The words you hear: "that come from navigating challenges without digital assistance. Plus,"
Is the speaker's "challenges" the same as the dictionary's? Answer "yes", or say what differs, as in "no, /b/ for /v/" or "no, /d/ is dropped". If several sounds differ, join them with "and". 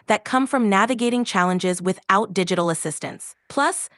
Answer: yes